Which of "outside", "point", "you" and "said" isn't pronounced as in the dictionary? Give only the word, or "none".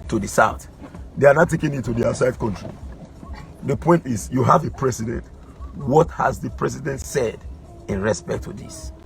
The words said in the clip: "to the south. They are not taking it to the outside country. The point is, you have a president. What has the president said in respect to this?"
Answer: none